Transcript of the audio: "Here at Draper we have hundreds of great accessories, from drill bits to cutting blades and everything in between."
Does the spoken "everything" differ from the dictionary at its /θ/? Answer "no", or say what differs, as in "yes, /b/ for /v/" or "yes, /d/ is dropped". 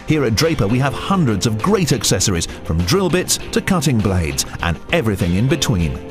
no